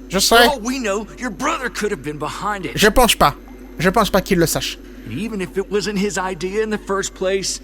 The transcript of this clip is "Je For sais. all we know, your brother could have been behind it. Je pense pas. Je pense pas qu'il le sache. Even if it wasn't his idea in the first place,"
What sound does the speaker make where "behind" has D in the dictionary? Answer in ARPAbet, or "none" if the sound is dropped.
D